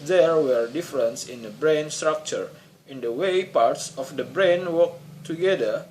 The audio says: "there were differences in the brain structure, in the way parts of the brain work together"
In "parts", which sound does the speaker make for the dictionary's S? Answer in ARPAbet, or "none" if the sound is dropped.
S